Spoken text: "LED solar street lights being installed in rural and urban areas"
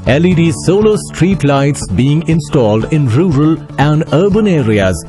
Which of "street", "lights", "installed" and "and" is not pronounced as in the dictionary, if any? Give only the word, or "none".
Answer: none